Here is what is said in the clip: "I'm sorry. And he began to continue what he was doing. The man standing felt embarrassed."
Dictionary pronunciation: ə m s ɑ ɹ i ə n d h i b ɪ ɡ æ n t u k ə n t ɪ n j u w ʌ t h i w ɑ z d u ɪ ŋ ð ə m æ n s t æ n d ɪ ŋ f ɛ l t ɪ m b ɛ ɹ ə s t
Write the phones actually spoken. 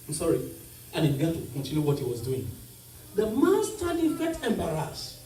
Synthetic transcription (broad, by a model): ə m s ɑ ɹ i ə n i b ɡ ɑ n t u k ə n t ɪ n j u w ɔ t h i w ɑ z d u ɪ ŋ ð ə m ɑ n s t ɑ d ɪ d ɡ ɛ t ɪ m b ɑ ɹ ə s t